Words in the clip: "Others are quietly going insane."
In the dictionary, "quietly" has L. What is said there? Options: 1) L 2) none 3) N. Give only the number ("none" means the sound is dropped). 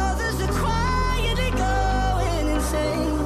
2